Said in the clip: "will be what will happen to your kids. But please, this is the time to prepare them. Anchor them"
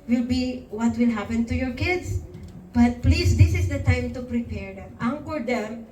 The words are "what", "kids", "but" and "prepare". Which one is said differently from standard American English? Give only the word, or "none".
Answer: kids